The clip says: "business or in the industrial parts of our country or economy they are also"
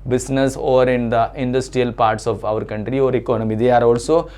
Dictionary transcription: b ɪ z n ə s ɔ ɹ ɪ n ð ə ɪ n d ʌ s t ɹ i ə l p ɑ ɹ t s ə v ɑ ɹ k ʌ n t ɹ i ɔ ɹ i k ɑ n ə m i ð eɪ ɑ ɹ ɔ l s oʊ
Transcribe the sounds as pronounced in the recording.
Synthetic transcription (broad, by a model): b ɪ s n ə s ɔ ɹ ɪ n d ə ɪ n d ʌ s t ɹ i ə l p ɑ ɹ t s ə v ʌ ɹ k ʌ n t ɹ i ɔ ɹ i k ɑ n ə m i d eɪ ɑ ɹ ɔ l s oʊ